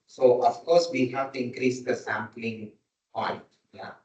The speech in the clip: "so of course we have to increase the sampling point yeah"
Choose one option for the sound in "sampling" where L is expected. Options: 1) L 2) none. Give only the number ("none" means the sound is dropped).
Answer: 1